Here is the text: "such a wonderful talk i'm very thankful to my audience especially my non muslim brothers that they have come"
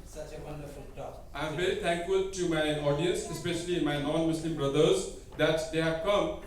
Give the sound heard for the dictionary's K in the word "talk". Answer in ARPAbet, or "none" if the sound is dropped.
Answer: none